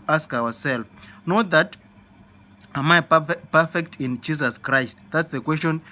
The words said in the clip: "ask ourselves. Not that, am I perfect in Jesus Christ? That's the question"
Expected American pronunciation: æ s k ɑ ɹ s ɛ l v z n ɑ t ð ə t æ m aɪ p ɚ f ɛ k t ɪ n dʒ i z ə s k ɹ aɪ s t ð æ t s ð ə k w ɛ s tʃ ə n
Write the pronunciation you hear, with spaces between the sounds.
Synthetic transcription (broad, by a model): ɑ s k ɑ w s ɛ l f n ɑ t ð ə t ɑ m aɪ p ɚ f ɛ k t ɪ n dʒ i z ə s k ɹ aɪ s t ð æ t s ð ə k w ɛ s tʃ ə n